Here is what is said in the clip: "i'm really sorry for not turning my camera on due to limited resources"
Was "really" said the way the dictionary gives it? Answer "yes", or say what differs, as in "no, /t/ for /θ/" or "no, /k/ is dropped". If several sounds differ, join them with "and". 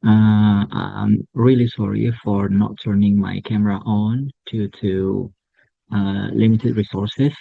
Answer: yes